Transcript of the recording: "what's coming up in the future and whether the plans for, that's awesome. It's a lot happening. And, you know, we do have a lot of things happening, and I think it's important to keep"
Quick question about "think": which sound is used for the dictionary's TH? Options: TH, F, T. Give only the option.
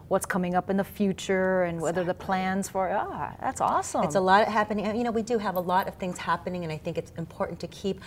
TH